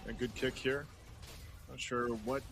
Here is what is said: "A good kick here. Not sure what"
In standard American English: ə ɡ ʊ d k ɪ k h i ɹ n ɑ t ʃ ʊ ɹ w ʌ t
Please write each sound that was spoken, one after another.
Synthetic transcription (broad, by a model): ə ɡ ʊ d k ɪ k h i ɹ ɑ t ʃ ʊ ɹ w ʌ t